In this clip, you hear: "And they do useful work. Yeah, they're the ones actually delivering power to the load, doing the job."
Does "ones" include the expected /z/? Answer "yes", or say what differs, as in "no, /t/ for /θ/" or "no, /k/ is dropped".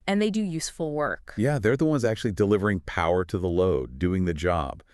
yes